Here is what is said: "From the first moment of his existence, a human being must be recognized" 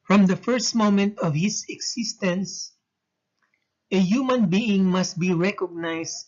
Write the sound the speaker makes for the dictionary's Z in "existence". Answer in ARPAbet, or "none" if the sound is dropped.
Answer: S